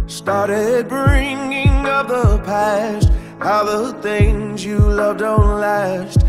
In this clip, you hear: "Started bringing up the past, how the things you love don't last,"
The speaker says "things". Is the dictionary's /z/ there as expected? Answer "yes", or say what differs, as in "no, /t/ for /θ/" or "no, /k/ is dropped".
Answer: yes